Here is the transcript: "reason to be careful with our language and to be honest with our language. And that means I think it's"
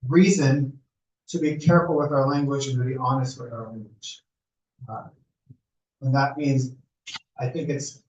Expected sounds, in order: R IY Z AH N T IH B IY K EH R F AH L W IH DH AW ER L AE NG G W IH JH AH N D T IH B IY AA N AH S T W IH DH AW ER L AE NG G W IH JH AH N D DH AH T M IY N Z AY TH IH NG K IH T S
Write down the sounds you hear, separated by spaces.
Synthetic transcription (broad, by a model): R IY Z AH N T IH B IY K EH R F L W IH DH AW ER L AE NG G W IH JH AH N T IH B IY AA N AH S T W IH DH AW ER L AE NG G W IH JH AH N DH AH T M IY N Z AY TH IH NG K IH T S